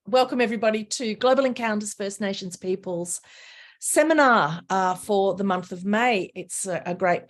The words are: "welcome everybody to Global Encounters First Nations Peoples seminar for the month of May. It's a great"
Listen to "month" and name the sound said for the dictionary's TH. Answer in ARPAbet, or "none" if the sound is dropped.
TH